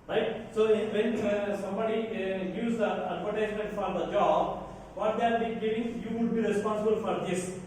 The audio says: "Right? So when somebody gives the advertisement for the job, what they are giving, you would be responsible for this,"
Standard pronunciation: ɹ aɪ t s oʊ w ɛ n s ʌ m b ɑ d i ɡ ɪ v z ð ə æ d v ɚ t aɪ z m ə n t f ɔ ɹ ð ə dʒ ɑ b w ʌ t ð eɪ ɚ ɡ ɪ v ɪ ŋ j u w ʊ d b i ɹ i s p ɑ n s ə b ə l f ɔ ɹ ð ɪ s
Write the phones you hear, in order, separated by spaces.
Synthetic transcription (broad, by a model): ɹ aɪ t s oʊ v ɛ n s ʌ m b ɑ d i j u z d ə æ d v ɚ t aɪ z m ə n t f ɔ ɹ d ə dʒ ɑ b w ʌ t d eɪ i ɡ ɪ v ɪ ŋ j u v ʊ d b i ɹ i s p ɑ n s ə b ə l f ɔ ɹ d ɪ s